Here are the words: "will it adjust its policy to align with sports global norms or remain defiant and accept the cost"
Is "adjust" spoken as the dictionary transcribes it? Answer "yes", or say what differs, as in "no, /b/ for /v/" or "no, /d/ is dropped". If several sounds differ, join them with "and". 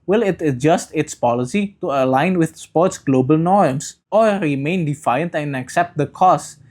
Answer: yes